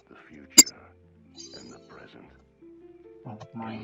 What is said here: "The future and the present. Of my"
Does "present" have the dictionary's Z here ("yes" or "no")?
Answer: yes